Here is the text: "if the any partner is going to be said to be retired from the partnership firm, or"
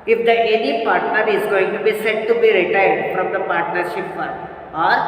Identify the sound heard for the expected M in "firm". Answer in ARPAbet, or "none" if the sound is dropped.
none